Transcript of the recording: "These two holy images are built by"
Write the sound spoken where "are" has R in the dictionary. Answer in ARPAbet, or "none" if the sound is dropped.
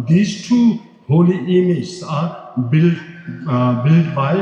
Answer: L